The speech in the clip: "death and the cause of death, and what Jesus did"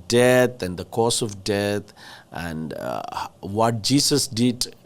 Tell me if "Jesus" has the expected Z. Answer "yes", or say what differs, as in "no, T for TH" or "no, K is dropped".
no, S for Z